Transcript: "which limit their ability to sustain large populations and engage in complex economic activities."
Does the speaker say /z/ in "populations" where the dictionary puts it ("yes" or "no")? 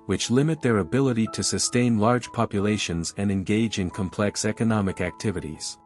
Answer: yes